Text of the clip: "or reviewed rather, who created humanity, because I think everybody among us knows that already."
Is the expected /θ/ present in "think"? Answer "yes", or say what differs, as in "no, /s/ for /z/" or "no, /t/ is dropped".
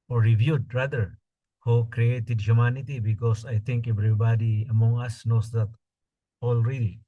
no, /t/ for /θ/